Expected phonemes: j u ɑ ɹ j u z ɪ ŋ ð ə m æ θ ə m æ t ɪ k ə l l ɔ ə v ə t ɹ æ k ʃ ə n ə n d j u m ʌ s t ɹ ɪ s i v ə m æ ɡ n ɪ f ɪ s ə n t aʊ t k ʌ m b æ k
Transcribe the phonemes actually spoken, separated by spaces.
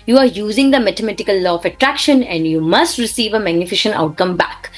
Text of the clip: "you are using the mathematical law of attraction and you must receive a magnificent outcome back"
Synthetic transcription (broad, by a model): j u ɑ ɹ j u z ɪ ŋ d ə m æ t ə m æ t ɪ k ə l l ɔ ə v ə t ɹ æ k ʃ ə n ə n d j u m ʌ s t ɹ ɪ s i v ə m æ ɡ n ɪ f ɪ ʃ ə n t aʊ t k ʌ m b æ k